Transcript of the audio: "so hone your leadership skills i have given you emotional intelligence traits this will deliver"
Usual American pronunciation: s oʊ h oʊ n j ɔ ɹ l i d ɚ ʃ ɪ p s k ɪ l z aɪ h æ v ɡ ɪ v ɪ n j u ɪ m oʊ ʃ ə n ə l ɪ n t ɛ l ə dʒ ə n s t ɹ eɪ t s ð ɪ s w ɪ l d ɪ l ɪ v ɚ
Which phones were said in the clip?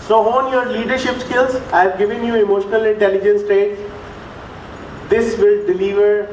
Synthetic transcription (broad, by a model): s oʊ h oʊ n j ɔ ɹ l i d ɚ ʃ ɪ p s k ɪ l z h æ v ɡ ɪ v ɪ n j u ɪ m oʊ ʃ ə n ə l ɪ n t ɛ l ə dʒ ə n s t eɪ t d ɪ s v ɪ l d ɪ l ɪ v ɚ